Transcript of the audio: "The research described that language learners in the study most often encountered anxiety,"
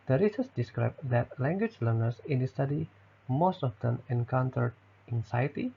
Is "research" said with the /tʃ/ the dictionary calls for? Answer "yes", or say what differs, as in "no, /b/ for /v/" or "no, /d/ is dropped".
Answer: no, /s/ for /tʃ/